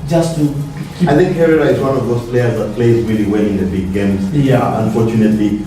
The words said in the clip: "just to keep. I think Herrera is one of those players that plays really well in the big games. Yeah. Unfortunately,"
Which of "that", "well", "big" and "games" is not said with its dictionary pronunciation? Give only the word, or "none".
well